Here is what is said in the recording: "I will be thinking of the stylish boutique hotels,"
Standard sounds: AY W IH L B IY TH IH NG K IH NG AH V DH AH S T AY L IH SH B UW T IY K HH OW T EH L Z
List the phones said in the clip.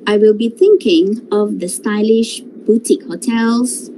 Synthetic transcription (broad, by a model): AY W IH L B IY TH IH NG K IH NG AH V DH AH S T AY L IH SH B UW T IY K HH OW T EH L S